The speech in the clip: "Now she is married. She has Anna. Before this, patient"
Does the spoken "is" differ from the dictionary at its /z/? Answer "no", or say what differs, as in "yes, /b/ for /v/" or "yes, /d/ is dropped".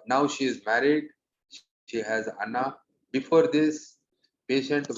no